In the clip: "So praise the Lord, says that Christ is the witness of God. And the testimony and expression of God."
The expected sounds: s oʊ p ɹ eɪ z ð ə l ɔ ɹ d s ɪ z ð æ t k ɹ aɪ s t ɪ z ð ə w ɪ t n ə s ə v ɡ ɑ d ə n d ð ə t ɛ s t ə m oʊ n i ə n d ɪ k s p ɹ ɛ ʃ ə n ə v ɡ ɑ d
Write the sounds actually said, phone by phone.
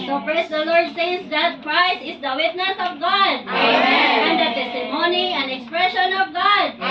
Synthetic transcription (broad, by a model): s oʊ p ɹ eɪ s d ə l ɔ ɹ d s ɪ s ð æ t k ɹ aɪ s ɪ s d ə w ɪ t n ə s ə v ɡ ɑ d ə n d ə t ɛ s t ə m oʊ n i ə n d ɪ k s p ɹ ɛ ʃ ə n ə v ɡ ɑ d